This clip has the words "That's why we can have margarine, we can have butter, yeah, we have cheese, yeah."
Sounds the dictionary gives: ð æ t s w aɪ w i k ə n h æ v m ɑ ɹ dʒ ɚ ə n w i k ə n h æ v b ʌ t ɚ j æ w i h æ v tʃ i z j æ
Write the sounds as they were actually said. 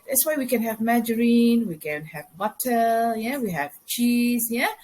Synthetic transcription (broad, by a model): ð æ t s w aɪ w i k ə n h æ v m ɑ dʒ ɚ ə n w i k ə n h æ v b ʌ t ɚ j æ w i h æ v tʃ i z j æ